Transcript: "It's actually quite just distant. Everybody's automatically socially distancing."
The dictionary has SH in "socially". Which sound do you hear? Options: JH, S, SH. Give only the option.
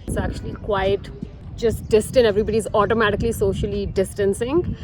SH